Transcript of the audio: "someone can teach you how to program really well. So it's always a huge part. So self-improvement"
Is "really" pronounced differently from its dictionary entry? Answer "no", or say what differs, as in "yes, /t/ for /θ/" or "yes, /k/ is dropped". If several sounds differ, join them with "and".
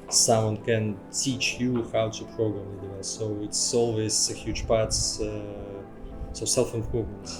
yes, /n/ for /l/